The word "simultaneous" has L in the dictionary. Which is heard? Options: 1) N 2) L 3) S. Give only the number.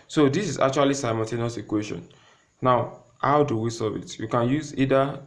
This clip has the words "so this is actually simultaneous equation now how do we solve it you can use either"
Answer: 1